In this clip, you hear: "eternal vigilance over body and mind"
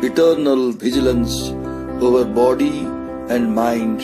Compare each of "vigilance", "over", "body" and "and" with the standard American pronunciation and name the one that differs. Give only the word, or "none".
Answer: none